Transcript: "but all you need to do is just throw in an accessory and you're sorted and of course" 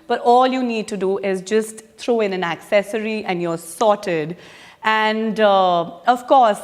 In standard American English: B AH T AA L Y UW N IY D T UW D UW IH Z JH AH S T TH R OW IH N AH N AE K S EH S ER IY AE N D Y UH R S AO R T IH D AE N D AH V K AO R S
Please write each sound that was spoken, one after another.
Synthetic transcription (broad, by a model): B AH T AA L Y UW N IY D T UW D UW IH Z JH AH S T T R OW IH N AH N AE K S EH S ER IY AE N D Y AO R S AO T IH D AE N D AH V K AO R S